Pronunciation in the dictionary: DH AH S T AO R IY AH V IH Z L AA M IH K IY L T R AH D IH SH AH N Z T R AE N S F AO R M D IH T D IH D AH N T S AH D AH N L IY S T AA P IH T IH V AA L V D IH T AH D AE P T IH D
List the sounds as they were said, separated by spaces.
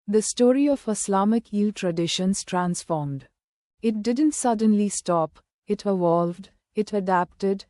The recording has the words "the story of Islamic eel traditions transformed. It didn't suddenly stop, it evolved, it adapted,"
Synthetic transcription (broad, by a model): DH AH S T AO R IY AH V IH S L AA M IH K IY L T R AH D IH SH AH N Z T R AE N S F AO R M D IH T D IH D AH N T S AH D AH N L IY S T AA P IH T IH V AA L V D IH T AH D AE P T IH D